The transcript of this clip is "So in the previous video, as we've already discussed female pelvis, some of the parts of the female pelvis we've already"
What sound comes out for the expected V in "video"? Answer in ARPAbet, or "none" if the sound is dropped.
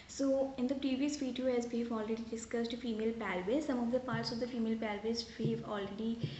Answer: F